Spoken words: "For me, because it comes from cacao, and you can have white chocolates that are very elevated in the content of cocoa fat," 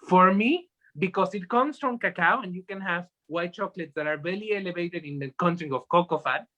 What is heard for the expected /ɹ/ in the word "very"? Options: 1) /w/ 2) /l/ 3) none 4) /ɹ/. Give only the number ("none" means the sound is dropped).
2